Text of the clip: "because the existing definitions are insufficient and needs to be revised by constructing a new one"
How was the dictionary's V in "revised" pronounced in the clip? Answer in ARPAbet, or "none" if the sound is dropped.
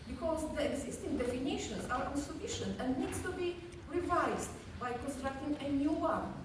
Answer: V